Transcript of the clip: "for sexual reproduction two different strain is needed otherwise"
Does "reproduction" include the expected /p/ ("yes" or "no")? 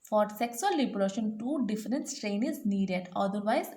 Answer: no